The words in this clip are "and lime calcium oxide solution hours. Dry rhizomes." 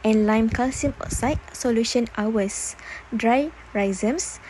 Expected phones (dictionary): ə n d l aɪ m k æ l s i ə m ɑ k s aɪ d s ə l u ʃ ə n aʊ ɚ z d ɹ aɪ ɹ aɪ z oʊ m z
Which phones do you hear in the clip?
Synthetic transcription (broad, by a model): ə n l aɪ m k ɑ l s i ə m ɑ s aɪ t s ə l u ʃ ə n aʊ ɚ s d ɹ aɪ ɹ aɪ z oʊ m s